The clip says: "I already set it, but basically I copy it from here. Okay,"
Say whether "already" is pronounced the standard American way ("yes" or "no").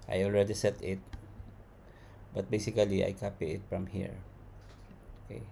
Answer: yes